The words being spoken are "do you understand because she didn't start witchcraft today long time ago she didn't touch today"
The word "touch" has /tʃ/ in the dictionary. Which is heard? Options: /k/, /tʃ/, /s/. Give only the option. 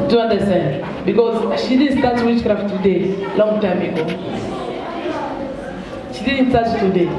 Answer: /s/